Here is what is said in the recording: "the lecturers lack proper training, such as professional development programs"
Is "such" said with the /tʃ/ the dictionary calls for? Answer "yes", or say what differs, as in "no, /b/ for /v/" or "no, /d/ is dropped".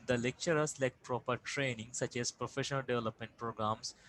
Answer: yes